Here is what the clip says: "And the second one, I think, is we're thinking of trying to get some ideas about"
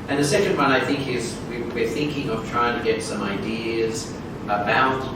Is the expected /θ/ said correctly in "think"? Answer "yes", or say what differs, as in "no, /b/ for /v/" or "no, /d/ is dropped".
yes